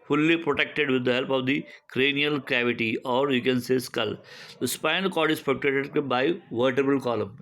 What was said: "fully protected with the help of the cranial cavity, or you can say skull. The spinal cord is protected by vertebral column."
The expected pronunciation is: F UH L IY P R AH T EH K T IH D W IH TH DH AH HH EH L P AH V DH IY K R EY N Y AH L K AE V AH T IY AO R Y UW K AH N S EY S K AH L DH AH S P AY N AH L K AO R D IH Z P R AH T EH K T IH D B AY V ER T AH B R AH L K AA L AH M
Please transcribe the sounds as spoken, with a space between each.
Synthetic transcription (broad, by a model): F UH L IY P R AH T EH K T IH D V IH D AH HH EH L P AH V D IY K R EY N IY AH L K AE V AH T IY AO R Y UW K AH N S EY S K AH L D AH S P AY N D K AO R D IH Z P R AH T EH T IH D B AY V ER T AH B AH L K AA L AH M